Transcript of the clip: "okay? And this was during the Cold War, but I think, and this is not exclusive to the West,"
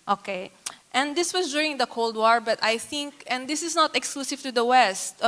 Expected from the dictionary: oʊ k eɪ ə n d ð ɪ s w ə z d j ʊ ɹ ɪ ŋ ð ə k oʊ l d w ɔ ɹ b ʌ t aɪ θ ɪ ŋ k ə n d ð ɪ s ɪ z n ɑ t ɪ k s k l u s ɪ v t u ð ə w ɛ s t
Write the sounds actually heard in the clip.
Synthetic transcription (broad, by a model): oʊ k eɪ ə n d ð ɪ s w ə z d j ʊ ɹ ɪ ŋ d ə k oʊ l d w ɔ ɹ b ʌ t aɪ θ ɪ ŋ k ə n d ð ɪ s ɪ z n ɑ t ɪ k s k l u s ɪ v t u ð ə w ɛ s t